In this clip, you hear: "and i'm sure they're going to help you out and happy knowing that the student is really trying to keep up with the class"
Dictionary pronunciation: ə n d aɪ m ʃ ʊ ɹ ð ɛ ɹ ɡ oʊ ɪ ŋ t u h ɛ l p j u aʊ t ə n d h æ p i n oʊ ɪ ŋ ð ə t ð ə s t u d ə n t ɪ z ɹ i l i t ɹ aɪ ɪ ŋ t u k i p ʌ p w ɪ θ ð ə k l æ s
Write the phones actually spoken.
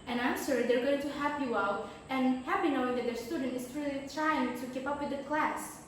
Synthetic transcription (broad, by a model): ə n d aɪ m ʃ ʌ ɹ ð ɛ ɹ ɡ oʊ ɪ ŋ t u h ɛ p j u aʊ t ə n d h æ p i n oʊ ɪ ŋ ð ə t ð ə s t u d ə n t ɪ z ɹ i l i t ɹ aɪ ɪ ŋ t u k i p ʌ p w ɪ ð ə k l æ s